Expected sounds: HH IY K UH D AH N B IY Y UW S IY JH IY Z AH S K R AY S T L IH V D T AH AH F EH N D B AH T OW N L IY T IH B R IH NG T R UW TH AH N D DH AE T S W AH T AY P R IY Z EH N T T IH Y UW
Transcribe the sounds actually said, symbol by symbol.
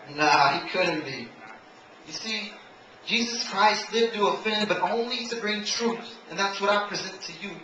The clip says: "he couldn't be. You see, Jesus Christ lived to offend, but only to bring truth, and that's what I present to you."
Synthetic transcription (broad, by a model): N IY K UH D N B IY Y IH S IY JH IY Z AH S K R AY S T L IH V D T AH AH F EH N B AH T OW N L IY T IH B R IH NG T R UW TH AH N DH AE T S W AH T AY P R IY Z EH N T T IH Y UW